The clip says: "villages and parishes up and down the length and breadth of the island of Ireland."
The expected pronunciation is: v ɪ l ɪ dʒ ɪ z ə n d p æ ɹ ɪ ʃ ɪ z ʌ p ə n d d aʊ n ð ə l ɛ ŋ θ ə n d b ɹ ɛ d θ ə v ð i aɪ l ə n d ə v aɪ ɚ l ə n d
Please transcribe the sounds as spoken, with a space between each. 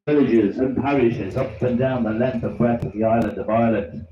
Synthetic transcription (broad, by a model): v ɪ l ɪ dʒ ɪ z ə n p æ ɹ ɪ ʃ ɪ z ʌ p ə n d d aʊ n ð ə l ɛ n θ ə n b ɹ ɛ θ ə v ð i aɪ l ə n d ə v aɪ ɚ l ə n